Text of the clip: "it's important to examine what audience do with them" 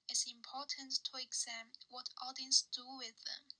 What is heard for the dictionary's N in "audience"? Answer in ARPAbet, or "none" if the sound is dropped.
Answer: N